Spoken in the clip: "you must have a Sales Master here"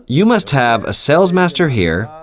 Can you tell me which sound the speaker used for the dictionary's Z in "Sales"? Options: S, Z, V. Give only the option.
Z